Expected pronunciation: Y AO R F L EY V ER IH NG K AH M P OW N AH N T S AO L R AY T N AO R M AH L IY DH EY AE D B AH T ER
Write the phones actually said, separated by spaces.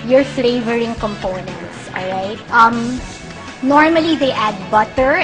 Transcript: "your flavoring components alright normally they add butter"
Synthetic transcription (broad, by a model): Y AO R F L EY V ER IH NG K AH M P OW N AH N T S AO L R AY T N AO R M AH L IY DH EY AE D B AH T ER